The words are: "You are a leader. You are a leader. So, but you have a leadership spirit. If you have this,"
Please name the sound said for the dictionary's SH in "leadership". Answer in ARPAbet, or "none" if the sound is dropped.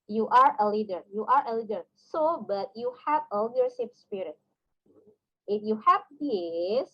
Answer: S